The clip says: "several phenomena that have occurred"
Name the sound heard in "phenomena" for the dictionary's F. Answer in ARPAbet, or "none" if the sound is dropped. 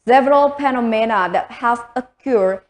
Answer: P